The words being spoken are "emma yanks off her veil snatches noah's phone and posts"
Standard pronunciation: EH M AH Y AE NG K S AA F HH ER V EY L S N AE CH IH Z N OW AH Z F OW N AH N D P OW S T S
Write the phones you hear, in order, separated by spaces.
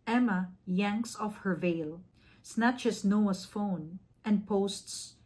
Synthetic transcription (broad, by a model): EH M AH Y AE NG K S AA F HH ER V EY L S N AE CH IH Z N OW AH S F OW N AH N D P OW S T S